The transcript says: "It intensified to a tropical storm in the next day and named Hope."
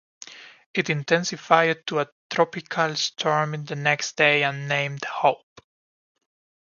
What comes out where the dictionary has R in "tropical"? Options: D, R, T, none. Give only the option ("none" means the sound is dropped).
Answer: R